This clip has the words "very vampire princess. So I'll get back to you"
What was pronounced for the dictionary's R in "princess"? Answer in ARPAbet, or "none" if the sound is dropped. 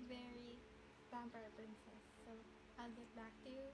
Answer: none